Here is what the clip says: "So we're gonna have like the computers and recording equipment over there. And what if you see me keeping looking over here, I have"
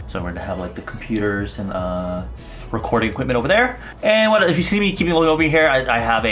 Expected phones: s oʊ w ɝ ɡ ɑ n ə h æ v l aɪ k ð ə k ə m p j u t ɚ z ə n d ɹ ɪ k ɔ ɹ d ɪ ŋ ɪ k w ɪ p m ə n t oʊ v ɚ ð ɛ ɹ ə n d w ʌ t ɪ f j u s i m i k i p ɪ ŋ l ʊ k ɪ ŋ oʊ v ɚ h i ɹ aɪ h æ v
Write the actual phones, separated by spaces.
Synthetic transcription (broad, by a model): s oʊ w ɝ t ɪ ə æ v l aɪ k ð ə k m p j u t ɚ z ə n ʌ ɹ ɪ k ɔ ɹ d ɪ ŋ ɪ k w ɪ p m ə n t oʊ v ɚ ð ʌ ɹ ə n w ʌ t ɪ f j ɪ s i m i k i p ɪ ŋ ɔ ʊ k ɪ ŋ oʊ p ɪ h i ɹ aɪ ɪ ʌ v